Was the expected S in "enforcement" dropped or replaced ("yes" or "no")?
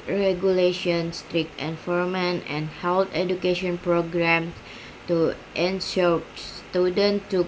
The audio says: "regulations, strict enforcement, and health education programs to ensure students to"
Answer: yes